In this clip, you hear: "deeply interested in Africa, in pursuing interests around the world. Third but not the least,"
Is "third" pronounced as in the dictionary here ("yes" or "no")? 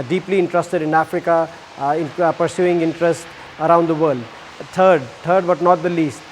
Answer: no